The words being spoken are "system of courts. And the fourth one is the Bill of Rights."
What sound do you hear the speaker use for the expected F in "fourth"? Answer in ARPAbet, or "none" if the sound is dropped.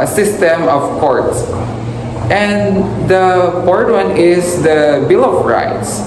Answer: P